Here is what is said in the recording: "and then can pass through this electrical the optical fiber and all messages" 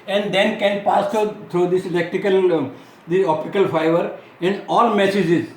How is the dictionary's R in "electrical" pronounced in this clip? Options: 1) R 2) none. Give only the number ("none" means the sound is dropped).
2